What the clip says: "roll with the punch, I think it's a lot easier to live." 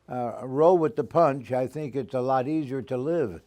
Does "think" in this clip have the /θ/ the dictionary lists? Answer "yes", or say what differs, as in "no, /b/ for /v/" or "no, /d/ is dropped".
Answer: yes